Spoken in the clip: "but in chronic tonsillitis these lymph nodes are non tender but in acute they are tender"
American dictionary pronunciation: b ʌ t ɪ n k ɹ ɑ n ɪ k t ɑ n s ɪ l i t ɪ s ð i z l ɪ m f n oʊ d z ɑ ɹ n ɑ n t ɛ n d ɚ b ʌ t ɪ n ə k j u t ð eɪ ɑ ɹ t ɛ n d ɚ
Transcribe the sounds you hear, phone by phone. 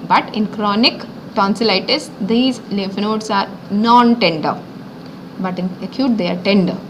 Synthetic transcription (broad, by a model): b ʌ t ɪ n k ɹ ɑ n ɪ k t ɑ n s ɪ l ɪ t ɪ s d i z l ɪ f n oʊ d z ɑ ɹ n ɑ n t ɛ n d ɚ b ʌ t ɪ n ə k j u t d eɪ ɑ ɹ t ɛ n d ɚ